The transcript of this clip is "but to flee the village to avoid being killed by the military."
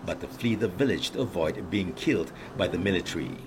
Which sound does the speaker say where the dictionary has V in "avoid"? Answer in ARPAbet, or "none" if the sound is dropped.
V